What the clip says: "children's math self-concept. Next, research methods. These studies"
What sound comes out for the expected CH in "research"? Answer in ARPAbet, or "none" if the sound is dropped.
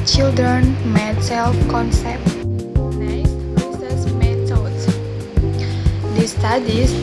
S